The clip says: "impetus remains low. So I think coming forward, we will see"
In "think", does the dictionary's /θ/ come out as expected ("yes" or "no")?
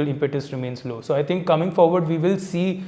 no